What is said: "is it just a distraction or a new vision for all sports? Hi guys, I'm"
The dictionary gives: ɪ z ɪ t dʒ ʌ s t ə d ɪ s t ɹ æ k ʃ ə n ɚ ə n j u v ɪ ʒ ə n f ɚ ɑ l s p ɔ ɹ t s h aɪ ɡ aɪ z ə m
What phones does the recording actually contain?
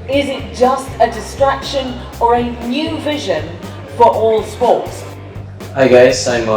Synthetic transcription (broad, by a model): ɪ z ɪ t dʒ ʌ s t ə d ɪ s t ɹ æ k ʃ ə n ɚ ə n j u v ɪ ʒ ə n f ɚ ɑ l s p ɔ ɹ t s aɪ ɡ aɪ s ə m